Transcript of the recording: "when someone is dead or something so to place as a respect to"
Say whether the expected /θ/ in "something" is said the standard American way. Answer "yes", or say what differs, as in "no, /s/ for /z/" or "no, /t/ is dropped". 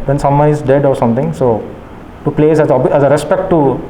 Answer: no, /t/ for /θ/